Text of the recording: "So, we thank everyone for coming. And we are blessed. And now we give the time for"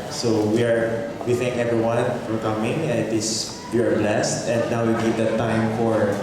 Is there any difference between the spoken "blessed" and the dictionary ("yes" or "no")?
no